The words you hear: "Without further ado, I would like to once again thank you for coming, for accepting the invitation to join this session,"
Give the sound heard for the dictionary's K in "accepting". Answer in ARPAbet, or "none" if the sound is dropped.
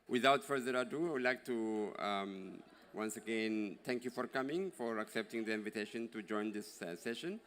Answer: K